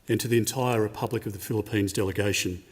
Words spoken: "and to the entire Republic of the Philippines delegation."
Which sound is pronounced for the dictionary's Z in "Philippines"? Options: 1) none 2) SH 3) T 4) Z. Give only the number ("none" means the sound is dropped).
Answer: 4